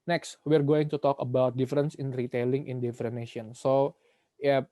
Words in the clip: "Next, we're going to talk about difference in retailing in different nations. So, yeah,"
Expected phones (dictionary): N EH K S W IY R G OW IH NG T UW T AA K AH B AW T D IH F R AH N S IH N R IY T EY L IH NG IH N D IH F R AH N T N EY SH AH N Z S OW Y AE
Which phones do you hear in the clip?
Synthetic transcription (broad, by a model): N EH K S W IY R G OW IH NG T UW T AA K AH B AW T D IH F R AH N S IH N R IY T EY L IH NG IH N D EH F R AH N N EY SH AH N S OW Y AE